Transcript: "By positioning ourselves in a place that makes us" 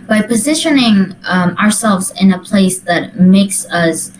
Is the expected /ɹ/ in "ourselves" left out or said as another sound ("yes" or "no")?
no